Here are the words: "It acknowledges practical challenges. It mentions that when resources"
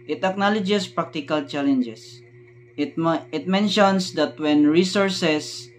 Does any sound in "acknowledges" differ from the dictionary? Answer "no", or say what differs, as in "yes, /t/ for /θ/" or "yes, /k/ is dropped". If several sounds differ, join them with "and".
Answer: yes, /s/ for /z/